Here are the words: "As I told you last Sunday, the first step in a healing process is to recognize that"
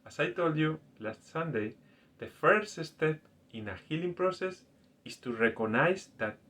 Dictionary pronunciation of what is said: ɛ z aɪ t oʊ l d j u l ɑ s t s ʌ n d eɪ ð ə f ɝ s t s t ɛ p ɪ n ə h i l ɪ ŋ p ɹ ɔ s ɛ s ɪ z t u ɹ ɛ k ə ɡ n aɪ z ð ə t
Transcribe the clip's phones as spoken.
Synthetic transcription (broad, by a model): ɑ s aɪ t oʊ l d j u l ɑ s t s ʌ n d eɪ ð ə f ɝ s t s t ɛ p ɪ n ə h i l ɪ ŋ p ɹ ɔ s ɛ s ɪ s t u ɹ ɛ k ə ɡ n aɪ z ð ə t